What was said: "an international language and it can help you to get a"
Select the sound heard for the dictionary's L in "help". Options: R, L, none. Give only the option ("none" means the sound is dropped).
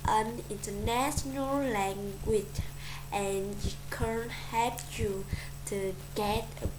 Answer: none